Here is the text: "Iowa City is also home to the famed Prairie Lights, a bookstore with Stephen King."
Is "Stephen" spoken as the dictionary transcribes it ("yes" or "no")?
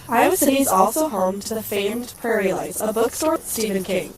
yes